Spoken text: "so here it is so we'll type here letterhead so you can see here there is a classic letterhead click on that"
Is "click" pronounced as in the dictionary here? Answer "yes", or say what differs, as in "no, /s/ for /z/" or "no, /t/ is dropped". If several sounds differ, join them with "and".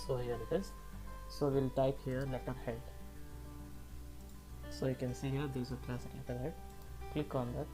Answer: yes